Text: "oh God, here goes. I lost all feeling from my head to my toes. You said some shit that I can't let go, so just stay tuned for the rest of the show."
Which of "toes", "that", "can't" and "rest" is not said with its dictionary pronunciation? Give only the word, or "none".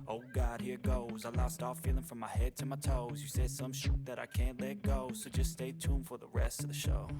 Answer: none